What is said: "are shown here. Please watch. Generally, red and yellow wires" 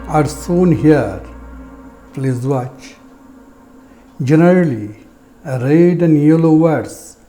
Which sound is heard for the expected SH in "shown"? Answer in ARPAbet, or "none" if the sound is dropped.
S